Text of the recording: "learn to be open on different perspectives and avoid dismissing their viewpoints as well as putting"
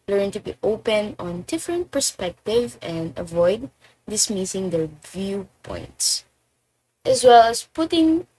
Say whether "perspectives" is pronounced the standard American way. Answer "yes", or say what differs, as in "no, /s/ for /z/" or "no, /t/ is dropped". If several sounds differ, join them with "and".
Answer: no, /z/ is dropped